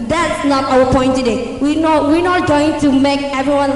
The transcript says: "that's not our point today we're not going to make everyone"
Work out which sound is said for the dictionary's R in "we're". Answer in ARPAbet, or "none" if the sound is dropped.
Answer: W